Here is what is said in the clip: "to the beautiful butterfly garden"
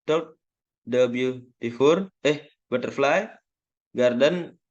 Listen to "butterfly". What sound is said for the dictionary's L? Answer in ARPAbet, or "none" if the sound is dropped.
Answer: L